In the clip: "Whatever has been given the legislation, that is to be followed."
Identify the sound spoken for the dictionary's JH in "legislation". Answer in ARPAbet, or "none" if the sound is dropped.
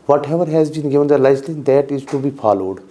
none